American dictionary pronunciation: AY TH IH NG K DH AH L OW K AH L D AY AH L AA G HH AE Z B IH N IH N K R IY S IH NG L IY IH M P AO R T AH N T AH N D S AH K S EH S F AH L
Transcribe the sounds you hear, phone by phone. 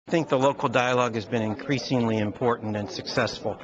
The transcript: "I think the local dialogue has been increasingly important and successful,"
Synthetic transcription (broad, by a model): TH IH NG K DH AH L OW K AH L D AY AH L AA G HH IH Z B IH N IH N K R IY S IH NG L IY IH M P AO R T N T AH N S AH K S EH S F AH L